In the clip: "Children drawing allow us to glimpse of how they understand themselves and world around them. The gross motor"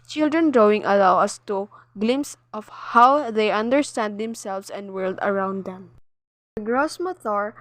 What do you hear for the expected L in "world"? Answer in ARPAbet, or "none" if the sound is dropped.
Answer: L